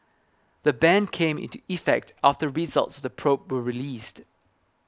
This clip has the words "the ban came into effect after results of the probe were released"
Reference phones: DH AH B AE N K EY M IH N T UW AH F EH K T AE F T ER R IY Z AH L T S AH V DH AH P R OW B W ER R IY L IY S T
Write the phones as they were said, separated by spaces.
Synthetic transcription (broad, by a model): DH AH B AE N K EY M IH N T UW AH F EH K T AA F T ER R IY Z AH L T S AH V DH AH P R OW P W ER R IY L IY S T